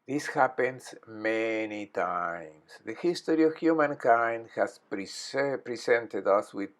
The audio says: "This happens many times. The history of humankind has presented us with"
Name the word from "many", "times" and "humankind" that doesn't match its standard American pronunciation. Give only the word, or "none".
times